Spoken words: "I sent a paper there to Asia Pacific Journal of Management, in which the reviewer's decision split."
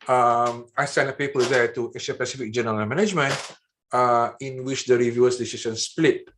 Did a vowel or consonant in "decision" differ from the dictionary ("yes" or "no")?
yes